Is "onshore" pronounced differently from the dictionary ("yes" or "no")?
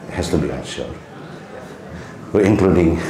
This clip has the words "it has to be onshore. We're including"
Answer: yes